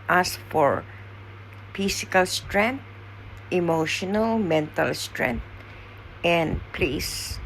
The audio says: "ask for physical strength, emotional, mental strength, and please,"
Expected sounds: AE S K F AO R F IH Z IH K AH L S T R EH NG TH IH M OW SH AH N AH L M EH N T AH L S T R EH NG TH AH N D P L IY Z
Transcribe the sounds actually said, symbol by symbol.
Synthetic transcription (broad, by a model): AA S F AO R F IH S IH K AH L S T R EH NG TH IH M OW SH AH N AH L M EH N T AH L S T R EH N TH AH N D P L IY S